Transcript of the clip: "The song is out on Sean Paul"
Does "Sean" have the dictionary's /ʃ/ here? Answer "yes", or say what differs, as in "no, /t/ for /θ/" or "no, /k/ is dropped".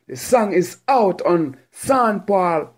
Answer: no, /s/ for /ʃ/